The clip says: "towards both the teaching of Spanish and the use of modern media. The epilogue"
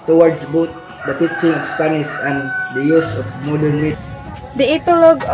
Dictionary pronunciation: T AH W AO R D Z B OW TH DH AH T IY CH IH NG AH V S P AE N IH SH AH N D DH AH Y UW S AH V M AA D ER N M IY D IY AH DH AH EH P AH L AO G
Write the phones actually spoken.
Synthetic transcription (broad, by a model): T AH W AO R D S B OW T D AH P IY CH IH NG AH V S P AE N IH S AH N D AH Y UW S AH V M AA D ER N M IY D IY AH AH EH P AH L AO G